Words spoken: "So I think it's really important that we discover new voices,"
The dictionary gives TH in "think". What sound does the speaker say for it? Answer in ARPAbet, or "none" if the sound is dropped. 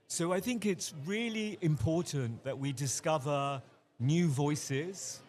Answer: TH